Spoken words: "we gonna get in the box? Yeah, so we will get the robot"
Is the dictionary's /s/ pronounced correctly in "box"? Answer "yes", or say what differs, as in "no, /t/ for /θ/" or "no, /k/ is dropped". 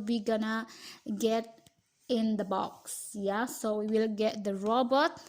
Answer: yes